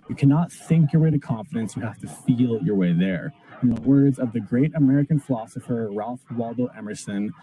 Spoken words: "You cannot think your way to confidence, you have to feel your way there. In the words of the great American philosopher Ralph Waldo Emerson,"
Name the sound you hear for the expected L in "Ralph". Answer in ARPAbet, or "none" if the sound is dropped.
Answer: L